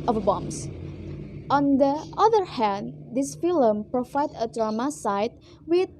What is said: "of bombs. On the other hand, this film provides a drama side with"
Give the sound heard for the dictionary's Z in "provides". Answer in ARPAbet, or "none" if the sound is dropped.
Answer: none